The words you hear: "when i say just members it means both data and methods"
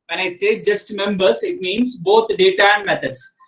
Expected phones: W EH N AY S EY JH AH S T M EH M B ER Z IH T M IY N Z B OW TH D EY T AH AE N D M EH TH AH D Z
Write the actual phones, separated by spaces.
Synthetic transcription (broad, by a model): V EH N AY S EY JH AH S T M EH M B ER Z IH T M IY N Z B OW T D EY T AH AE N D M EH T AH D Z